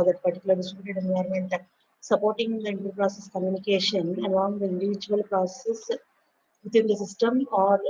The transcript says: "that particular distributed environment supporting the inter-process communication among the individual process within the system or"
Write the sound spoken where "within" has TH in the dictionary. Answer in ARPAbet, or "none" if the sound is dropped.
T